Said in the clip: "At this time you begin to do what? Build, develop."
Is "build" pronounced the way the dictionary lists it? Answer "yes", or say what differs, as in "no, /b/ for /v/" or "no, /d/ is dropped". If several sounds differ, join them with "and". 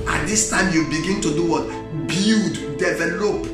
no, /l/ is dropped